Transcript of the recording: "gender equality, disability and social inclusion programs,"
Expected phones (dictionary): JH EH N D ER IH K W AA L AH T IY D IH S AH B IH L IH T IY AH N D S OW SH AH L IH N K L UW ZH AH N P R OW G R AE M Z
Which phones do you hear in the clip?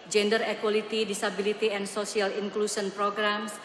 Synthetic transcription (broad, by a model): JH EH N D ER IH K W AA L AH T IY D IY S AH B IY L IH T IY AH N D S OW S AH L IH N K L UW S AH N P R OW G R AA M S